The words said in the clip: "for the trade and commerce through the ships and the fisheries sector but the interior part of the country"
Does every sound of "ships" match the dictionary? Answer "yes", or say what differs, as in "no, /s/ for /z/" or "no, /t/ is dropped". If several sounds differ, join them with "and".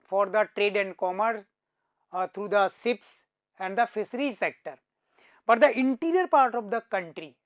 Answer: no, /s/ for /ʃ/